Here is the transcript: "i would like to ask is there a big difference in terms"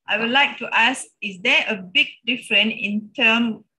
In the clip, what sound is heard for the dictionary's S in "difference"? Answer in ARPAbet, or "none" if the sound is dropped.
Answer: none